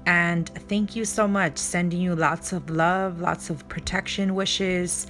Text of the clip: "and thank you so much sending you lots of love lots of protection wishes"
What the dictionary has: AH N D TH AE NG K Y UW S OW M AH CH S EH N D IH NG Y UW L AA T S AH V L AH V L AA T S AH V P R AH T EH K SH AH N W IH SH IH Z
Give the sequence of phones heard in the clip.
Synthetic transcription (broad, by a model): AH N TH AE NG K Y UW S OW M AH CH S EH N D IH NG Y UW L AA T S AH V L AH V L AA T S AH V P R AH T EH K SH AH N W IH SH IH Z